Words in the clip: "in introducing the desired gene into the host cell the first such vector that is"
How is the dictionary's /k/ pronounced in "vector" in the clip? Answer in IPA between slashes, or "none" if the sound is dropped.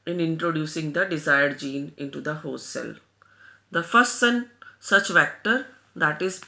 /k/